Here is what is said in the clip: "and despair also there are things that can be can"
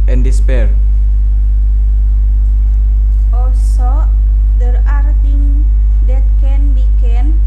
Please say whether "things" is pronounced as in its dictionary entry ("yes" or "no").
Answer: no